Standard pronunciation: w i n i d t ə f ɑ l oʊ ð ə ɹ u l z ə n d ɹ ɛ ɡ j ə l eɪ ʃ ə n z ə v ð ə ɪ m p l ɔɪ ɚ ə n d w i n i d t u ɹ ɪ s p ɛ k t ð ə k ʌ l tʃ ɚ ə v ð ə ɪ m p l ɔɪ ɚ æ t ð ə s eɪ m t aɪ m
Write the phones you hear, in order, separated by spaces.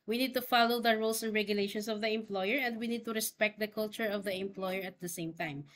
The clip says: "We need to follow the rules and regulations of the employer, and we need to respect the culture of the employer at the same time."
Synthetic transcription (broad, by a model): w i n i d t ə f ɑ l oʊ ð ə ɹ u l s ə n d ɹ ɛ ɡ j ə l eɪ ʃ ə n s ə v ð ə ɪ m p l ɔɪ ɚ ə n d w i n i d t u ɹ ɪ s p ɛ k t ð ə k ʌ l tʃ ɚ ə v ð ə ɪ m p l ɔɪ ɚ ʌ t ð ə s eɪ m t aɪ m